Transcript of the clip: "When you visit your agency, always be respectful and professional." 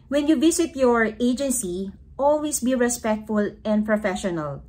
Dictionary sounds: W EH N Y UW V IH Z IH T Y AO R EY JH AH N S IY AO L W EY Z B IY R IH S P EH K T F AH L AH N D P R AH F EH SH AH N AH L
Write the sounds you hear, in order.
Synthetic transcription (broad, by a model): W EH N Y UW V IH S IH T Y AO R EY JH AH N S IY AO L W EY S B IY R IH S P EH K T F AH L AH N D P R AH F EH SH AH N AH L